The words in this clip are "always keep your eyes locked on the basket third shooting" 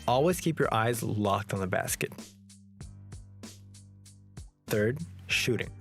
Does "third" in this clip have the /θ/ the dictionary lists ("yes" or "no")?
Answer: yes